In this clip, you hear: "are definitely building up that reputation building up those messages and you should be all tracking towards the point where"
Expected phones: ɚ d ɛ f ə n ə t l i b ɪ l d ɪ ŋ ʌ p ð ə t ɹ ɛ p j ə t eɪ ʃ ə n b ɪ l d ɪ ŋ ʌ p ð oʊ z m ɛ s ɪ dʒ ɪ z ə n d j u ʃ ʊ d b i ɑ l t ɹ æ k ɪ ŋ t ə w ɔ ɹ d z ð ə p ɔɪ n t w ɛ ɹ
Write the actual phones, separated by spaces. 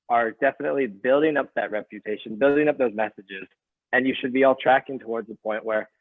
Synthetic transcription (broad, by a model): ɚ d ɛ f ə n ə t l i b ɪ l d ɪ ŋ ʌ p ð ə t ɹ ɛ p j ə t eɪ ʃ ə n b ɪ l d ɪ ŋ ʌ p ð oʊ z m ɛ s ɪ dʒ ɪ z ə n j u ʃ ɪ d b i ɑ l t ɹ æ k ɪ ŋ t ə w ɔ ɹ d z ð ə p ɔɪ n t w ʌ ɹ